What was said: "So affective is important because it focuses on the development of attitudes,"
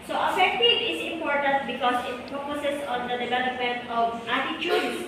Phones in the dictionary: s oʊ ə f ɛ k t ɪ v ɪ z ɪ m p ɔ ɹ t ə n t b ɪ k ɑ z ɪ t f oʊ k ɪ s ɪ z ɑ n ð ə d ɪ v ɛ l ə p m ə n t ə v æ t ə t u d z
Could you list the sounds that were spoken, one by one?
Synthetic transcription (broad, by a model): s oʊ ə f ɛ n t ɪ ɪ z ɪ m p ɔ ɹ t ə n t b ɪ k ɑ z ɪ t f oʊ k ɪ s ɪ s ɑ n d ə d ɪ v ɛ l ə p m ə n t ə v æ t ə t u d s